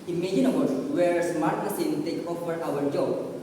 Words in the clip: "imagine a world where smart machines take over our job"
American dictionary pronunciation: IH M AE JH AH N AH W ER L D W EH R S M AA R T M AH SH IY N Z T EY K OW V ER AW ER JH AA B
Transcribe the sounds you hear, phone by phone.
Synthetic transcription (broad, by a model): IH M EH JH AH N AH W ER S W EH R S M AA R T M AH S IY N T EY K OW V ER AW ER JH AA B